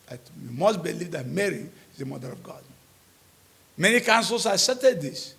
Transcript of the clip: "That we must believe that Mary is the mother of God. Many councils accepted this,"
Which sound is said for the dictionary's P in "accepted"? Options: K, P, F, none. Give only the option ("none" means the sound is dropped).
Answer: none